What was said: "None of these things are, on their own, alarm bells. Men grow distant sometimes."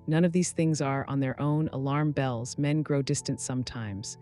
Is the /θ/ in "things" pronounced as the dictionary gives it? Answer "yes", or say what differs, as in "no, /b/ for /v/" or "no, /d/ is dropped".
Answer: yes